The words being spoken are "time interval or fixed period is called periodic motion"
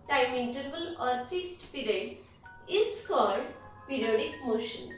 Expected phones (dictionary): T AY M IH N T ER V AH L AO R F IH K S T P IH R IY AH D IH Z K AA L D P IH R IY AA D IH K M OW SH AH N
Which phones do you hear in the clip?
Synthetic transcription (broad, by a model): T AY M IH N T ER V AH L AO R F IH K S T P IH R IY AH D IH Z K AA D P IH R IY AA D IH K M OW SH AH N